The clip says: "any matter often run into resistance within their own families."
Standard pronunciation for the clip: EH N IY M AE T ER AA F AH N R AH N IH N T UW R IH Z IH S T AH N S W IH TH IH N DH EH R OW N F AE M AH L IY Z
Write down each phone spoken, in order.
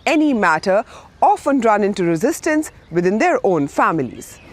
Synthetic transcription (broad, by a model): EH N IY M AE T ER AA F AH N R AH N IH N T UW R IH Z IH S T AH N S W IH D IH N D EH R OW N F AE M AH L IY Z